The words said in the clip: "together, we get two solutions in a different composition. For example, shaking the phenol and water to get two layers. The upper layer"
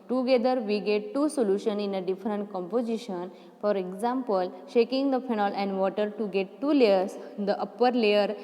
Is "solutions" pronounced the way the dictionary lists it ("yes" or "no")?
no